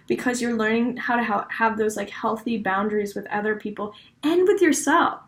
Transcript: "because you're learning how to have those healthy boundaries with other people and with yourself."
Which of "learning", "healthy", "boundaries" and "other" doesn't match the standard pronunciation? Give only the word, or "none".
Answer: none